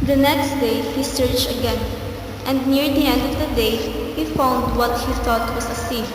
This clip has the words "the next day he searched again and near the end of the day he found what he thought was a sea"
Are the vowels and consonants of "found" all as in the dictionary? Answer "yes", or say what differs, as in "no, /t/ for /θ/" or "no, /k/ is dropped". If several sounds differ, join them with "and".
yes